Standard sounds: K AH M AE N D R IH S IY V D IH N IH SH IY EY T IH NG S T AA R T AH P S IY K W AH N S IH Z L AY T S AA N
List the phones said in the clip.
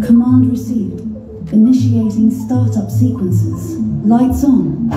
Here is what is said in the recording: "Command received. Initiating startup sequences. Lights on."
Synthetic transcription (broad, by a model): K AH M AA N D R IH S IY V D IH N IH SH IY EY T IH NG S T AA R T AH P S IY K W AH N S IH Z L AY T S N